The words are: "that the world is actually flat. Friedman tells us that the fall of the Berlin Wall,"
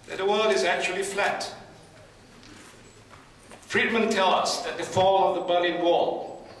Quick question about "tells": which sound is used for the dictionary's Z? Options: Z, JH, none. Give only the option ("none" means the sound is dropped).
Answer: none